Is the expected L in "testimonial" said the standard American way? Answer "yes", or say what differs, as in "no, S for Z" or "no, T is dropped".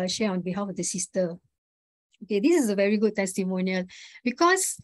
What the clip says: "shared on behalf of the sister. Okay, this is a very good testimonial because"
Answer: yes